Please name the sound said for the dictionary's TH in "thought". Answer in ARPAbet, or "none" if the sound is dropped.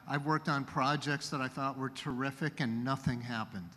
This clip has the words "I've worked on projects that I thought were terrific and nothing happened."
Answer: TH